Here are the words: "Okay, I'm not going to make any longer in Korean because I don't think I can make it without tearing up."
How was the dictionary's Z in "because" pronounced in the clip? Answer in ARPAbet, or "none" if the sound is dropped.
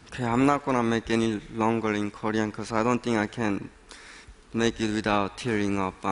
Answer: S